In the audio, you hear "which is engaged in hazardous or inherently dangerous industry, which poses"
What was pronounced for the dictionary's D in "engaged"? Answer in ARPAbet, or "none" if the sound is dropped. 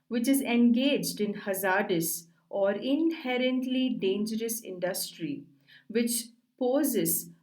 D